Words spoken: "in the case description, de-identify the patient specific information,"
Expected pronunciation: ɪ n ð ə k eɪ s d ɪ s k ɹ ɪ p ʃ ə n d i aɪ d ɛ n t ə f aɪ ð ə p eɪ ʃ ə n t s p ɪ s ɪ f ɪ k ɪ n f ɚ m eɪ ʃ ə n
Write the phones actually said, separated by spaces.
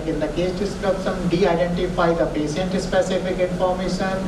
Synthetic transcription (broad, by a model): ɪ n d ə k eɪ s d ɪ s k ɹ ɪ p s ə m d i aɪ d ɛ n t ə f aɪ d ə p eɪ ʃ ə n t s p ɪ s ɪ f ɪ k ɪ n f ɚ m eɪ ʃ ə n